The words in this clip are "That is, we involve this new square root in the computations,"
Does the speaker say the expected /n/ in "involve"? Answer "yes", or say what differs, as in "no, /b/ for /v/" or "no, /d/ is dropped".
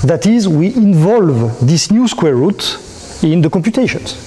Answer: yes